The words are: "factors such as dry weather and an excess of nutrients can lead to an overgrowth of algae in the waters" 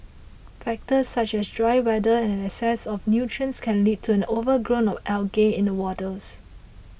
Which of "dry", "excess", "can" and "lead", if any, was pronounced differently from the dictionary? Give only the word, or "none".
excess